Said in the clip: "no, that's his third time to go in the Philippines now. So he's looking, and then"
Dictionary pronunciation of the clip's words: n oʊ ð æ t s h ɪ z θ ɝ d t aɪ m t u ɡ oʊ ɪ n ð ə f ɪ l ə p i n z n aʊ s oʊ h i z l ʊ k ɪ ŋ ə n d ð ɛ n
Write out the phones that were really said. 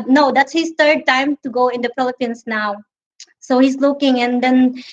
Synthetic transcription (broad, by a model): n oʊ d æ t s h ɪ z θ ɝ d t aɪ m t u ɡ oʊ ɪ n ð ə p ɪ l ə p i n s n aʊ s oʊ h i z l ʊ k ɪ ŋ ə n d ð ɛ n